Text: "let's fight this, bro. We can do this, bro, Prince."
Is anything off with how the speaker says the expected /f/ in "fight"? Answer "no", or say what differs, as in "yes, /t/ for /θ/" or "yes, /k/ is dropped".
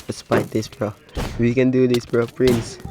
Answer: yes, /p/ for /f/